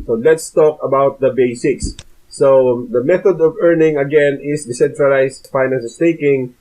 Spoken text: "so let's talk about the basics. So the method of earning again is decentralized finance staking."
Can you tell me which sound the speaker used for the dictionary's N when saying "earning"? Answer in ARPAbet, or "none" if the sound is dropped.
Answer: N